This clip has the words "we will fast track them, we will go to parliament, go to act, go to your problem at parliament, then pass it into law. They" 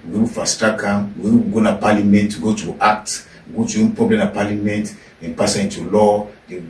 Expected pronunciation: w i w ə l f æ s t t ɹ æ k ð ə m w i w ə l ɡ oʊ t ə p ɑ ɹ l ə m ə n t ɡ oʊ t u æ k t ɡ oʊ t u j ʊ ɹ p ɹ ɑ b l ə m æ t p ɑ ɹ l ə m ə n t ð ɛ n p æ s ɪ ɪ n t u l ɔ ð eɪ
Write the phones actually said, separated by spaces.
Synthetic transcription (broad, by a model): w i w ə f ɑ s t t ɑ k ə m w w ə ɡ oʊ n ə p ɑ l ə m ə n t ɡ oʊ t u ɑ k t ɡ oʊ t u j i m p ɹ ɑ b l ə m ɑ p ɑ l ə m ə n t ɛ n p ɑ s ɪ ɪ n t u l ɔ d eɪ